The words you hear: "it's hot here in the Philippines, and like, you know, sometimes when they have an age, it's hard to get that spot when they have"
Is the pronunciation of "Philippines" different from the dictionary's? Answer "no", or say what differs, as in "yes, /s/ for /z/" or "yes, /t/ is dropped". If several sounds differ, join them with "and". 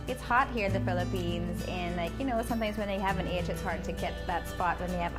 no